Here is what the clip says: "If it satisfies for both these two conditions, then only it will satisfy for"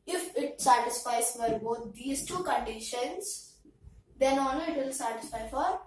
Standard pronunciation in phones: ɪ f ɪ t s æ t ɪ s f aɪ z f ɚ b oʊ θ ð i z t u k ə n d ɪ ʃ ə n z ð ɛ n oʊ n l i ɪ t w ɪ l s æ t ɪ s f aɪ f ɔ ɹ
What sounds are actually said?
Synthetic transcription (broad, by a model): ɪ f ɪ t s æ t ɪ s f aɪ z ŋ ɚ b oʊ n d i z t u k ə n d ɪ ʃ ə n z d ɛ n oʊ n i ɪ t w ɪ l s æ t ɪ s f aɪ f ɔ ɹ